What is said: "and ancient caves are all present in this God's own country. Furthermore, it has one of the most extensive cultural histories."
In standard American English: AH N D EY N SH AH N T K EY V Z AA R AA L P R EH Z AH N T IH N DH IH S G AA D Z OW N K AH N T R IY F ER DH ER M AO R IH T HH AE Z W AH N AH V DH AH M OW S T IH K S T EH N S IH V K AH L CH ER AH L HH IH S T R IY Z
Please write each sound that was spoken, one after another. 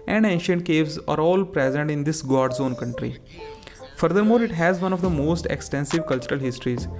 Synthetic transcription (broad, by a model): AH N D EY N SH AH N T K EY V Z AA R AA L P R EH Z AH N T IH N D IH S G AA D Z OW N K AH N T R IY F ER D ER M AO R IH T HH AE Z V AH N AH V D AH M OW S T IH K S T EH N S IH V K AH L CH ER AH L HH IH S T R IY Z